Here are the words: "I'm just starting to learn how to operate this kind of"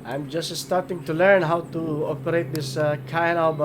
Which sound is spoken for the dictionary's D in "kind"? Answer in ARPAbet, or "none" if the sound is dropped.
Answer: none